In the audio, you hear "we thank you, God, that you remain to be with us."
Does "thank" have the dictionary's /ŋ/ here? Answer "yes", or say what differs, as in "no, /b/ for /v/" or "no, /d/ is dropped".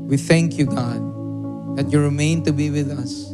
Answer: yes